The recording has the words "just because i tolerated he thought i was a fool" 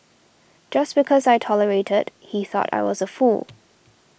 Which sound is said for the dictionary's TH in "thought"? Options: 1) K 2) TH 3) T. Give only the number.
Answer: 2